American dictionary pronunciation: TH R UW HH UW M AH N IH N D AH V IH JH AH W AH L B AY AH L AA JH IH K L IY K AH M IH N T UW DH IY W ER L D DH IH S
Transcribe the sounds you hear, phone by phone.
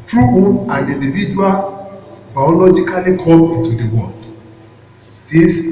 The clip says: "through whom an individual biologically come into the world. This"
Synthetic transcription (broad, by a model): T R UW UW AH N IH N D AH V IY JH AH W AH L B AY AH L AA JH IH K L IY K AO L IH N T UW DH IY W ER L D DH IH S